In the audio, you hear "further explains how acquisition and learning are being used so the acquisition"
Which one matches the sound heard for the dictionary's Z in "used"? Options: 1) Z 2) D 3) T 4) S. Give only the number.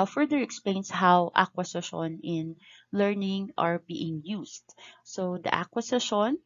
4